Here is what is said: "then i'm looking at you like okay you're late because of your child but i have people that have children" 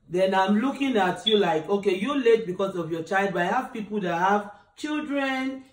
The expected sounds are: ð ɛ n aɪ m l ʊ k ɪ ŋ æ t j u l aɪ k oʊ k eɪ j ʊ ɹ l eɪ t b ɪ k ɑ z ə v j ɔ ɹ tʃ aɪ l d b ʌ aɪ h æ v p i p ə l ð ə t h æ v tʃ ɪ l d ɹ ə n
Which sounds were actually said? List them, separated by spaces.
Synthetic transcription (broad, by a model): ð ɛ n aɪ m l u k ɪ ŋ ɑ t j u l aɪ k oʊ k eɪ j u l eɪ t b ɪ k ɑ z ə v j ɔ tʃ aɪ l d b aɪ h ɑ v p i p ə l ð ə t h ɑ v tʃ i l d ɹ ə n